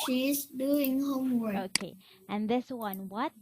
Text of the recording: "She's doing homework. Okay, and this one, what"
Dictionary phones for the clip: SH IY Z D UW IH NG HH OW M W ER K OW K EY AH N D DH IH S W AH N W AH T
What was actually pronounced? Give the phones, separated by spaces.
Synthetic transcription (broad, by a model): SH IY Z D UW IH NG HH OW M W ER OW K EY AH N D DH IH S W AH N W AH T